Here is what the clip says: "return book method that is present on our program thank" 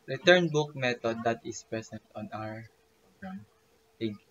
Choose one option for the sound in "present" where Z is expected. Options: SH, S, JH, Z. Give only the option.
S